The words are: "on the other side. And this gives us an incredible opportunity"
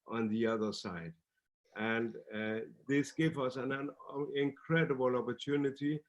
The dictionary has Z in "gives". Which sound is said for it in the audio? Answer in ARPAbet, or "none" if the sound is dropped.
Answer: none